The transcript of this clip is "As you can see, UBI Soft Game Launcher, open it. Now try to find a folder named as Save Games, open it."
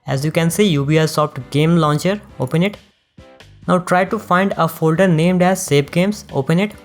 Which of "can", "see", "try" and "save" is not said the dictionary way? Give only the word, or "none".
save